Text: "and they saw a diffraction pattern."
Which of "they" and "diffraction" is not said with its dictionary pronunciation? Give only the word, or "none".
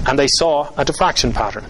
none